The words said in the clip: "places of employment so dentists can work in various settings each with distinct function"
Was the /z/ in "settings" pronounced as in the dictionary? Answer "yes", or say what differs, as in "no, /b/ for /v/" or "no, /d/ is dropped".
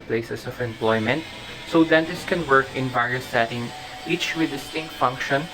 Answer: no, /z/ is dropped